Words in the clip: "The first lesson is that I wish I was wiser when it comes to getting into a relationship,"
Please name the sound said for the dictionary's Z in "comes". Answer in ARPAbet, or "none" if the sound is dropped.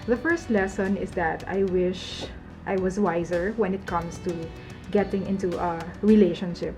S